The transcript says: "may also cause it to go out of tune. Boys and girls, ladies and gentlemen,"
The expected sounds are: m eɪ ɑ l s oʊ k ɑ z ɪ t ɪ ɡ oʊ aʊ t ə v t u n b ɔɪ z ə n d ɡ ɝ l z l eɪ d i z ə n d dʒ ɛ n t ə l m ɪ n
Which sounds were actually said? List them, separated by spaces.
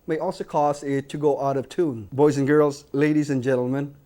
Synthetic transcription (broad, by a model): m eɪ ɑ l s oʊ k ɑ z ɪ t ɪ ɡ oʊ aʊ t ə v t u n b ɔɪ z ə n ɡ ɝ l z l eɪ d i z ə n dʒ ɛ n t l m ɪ n